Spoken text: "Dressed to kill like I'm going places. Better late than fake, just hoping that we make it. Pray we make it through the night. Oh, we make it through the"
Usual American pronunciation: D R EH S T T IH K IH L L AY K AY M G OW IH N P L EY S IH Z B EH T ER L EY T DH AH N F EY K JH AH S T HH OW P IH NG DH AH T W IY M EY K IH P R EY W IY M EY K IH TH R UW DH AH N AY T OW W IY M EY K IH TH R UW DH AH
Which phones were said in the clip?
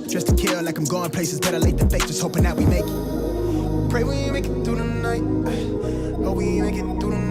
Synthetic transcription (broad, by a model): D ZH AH S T T IH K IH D L AY K AY M G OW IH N P L EY S IH Z B EH T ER L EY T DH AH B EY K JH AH S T HH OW P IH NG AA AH T W IY M EY K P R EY W IY M EY K IH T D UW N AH N AY T OW W IY M EY K IH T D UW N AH